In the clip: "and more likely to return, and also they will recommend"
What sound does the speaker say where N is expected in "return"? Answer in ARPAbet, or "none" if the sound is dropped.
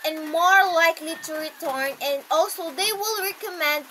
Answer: N